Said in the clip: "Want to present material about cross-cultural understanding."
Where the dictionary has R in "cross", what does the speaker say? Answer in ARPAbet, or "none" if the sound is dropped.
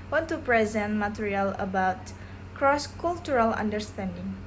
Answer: R